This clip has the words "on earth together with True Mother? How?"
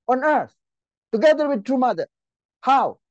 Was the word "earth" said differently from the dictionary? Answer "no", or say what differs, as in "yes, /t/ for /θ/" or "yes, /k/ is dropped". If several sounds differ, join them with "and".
yes, /t/ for /θ/